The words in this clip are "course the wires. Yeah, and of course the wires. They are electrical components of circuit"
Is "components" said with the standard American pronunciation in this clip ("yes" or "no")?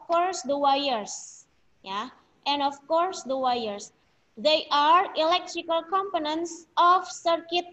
yes